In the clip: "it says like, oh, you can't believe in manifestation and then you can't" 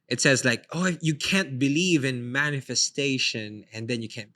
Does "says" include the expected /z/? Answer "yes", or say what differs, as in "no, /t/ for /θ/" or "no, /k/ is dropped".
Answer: yes